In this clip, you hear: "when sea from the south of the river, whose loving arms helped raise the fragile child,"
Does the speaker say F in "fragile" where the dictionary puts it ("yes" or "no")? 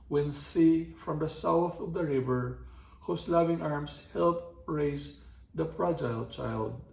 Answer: no